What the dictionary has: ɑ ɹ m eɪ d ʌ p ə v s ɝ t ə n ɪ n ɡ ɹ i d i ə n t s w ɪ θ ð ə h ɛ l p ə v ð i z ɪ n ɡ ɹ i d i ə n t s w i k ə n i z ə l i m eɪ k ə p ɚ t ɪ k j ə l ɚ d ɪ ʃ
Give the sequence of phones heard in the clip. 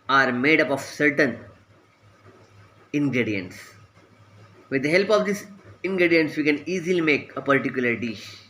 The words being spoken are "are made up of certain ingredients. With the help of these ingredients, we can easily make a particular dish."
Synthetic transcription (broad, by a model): ɑ ɹ m eɪ d ʌ p ə v s ɝ t ə n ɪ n ɡ ɹ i d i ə n t s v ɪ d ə h ɛ l p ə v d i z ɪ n ɡ ɹ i d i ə n t s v i k ə n i z ə l i m eɪ k ə p ɚ t ɪ k j ə l ɚ d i ʃ